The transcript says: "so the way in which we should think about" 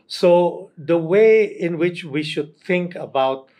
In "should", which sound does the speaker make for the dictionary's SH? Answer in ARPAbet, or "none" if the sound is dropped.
SH